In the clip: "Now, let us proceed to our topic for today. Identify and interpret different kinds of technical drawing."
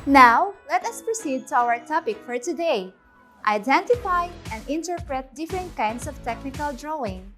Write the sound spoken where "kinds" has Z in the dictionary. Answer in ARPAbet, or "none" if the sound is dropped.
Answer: S